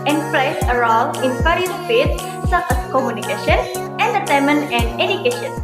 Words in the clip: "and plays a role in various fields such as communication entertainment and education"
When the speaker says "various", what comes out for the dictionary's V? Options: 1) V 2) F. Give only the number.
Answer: 2